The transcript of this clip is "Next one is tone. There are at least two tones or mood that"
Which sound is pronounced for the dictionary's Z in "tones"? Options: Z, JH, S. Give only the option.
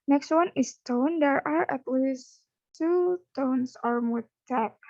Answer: S